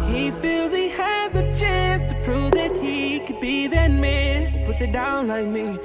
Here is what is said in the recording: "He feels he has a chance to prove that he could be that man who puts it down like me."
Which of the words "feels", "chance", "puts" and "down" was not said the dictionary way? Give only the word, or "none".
chance